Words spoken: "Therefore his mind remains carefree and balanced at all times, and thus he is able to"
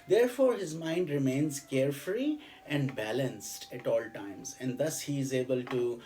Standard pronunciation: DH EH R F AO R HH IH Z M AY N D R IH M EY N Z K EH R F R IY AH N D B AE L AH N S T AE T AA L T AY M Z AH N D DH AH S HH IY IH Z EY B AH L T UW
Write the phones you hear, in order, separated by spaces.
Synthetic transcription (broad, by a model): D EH R F AO R HH IH Z M AY N D R IH M EY N Z K EH R F R IY AH N D B AE L AH N S T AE T AA L T AY M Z AH N D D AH S HH IY IH Z EY B AH L T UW